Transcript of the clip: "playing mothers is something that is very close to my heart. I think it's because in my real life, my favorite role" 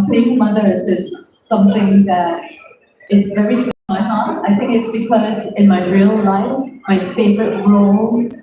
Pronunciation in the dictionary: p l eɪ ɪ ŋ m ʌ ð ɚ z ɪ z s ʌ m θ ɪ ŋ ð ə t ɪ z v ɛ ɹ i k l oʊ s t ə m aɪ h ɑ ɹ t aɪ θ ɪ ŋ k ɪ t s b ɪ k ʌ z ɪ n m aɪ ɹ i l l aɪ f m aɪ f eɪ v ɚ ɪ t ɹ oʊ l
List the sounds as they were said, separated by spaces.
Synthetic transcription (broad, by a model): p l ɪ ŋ m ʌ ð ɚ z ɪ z s ʌ m θ ɪ ŋ ð ə t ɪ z v ɛ ɹ i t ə m aɪ h ɑ ɹ t aɪ θ ɪ ŋ k ɪ t s b ɪ k ʌ z ɪ n m aɪ ɹ i l l aɪ f m aɪ f eɪ v ɚ ɪ t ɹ oʊ l